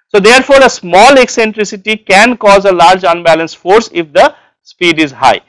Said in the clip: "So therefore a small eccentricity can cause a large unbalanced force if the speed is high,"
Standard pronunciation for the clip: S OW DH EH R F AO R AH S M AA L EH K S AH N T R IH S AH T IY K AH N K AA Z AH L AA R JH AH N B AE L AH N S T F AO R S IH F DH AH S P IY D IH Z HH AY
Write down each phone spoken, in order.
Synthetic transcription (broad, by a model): S OW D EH R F AO R AH S M AA L EH K S AH N T R IH S AH T IY K AH N K AA Z AH L AA R JH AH N B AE L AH N S F AO R S IH F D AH S P IY D IH Z HH AY